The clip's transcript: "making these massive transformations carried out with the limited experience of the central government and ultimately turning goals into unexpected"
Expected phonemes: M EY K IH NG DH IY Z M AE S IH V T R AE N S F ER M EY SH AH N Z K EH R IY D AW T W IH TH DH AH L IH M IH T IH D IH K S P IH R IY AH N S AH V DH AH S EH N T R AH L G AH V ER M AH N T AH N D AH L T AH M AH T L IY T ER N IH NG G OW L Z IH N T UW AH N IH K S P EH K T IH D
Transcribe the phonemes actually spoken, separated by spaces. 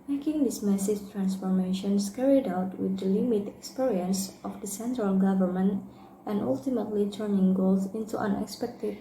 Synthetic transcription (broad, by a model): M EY K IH NG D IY S M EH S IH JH T R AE N S F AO M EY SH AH N S K EH R IY D AW T W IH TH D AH L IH M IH T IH K S P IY R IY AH N S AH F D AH S EH N T R AH L G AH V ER M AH N T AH N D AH L T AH M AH T L IY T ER N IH NG G OW L S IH N T UW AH N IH K S P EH K T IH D